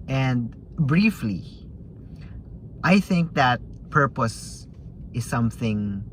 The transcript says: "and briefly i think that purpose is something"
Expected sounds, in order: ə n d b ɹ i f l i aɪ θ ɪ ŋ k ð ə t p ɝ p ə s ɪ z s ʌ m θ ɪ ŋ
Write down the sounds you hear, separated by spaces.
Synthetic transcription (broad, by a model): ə n d b ɹ i f l i aɪ θ ɪ ŋ k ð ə t p ɝ p ə s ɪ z s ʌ m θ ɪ ŋ